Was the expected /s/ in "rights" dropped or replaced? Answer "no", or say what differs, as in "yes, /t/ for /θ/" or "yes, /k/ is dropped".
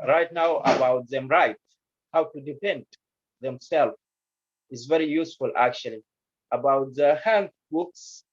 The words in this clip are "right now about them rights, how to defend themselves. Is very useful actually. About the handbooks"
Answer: yes, /s/ is dropped